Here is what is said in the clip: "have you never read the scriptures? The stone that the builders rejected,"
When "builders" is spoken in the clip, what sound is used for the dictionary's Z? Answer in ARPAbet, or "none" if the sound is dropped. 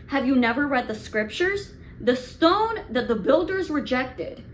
Z